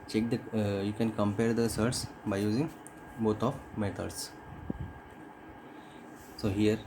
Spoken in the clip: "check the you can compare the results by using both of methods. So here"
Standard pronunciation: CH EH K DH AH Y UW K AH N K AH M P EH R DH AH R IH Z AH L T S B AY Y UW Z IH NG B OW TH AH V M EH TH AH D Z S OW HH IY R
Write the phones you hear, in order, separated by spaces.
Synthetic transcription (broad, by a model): CH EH K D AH Y UW K AH N K AH M P EH R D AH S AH T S B AY Y UW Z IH NG B OW T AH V M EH T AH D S S OW HH IY R